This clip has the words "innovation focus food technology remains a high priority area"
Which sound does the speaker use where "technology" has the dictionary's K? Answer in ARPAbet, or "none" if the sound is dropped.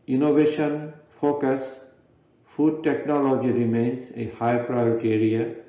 K